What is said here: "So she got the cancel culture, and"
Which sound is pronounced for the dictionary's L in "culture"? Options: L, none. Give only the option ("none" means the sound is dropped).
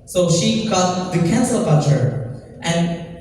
none